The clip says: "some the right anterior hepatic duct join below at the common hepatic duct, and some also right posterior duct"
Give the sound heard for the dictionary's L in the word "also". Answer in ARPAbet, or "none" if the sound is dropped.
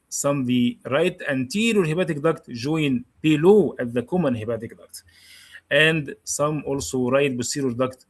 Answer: L